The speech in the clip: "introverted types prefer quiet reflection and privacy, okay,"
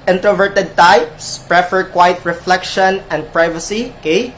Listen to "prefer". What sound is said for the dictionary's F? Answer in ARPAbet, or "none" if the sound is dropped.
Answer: F